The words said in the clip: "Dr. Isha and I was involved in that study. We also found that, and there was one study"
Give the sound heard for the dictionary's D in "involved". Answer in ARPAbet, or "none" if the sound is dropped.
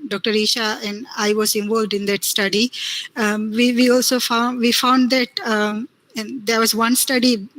D